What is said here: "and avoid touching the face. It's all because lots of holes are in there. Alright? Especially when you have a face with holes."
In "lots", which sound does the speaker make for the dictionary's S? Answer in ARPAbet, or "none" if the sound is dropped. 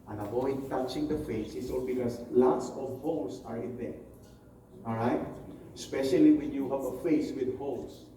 S